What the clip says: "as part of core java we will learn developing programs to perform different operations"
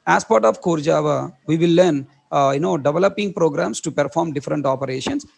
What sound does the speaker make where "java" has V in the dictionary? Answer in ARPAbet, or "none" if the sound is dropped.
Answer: V